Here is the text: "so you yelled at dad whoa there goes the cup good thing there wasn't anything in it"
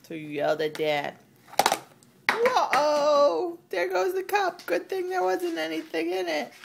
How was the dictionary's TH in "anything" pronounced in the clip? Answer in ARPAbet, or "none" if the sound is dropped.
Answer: TH